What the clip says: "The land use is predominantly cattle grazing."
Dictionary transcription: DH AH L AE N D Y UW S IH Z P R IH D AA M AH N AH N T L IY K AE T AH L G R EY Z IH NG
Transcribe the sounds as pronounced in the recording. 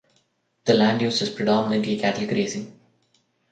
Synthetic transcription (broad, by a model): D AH L AE N D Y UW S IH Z P R IH D AA M AH N AH N T L IY K AE T AH L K R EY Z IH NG